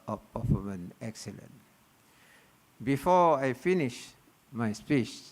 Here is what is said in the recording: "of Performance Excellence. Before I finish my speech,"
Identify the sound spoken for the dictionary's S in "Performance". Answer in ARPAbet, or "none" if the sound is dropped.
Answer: none